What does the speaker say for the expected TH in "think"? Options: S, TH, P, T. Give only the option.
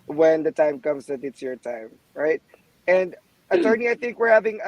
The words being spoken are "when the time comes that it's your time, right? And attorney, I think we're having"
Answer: TH